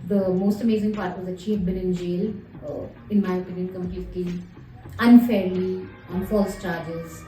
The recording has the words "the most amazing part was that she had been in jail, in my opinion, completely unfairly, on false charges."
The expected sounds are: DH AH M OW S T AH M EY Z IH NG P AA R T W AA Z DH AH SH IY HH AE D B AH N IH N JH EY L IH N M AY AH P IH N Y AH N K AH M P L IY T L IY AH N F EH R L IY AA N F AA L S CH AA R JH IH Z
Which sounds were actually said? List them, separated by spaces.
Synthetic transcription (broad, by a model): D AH M OW S T AH M EY Z IH NG P AA R T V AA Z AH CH IY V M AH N IH N JH EY L IH N M AY AH P IH N Y AH N K AH M P L IY T L IY AH N F EH R L IY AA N F AA L S CH AA R JH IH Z